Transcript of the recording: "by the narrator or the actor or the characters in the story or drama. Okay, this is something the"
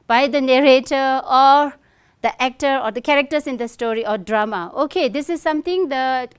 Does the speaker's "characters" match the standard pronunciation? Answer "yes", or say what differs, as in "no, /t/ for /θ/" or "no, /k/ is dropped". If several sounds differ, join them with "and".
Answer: no, /s/ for /z/